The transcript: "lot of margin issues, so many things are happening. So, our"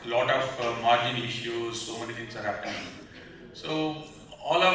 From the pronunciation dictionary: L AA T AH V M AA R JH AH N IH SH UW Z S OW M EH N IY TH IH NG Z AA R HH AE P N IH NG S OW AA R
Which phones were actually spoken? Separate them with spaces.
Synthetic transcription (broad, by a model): L AA T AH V M AA R JH AH N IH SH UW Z S OW M EH N IY T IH NG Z AA R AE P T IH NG S OW AA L